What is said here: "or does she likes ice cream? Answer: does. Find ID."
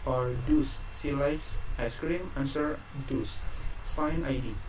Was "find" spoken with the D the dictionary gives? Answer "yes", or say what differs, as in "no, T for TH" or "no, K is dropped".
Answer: no, D is dropped